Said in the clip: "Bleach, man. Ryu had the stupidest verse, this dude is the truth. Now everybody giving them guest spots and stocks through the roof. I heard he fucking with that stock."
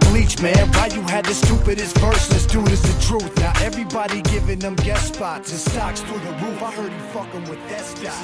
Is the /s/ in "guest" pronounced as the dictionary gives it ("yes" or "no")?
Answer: no